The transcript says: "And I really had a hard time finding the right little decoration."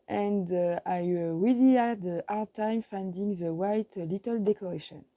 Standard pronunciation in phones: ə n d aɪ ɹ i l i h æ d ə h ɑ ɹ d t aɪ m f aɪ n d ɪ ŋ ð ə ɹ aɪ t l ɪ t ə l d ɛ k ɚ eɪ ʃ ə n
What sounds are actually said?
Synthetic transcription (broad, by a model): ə n d aɪ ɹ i l i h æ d ə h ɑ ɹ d t aɪ m f aɪ n d ɪ ŋ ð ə w aɪ t l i t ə l d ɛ k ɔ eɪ ʃ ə n